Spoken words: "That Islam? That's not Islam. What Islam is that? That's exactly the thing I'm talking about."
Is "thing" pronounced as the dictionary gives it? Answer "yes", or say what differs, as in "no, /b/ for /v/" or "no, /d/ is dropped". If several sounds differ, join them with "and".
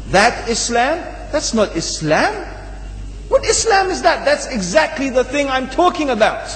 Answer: yes